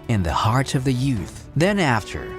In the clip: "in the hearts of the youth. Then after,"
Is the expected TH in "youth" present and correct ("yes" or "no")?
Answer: yes